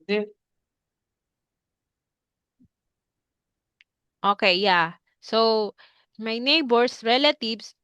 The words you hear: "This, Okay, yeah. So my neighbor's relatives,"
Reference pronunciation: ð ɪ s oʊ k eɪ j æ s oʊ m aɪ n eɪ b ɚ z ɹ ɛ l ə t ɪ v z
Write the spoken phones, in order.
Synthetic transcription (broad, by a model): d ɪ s oʊ k eɪ j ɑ s oʊ m aɪ n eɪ b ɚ s ɹ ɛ l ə t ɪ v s